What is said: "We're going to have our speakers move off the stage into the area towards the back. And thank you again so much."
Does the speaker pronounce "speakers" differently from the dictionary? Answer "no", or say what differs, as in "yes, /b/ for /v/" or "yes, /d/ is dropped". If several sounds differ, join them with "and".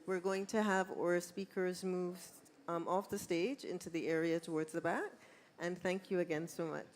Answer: no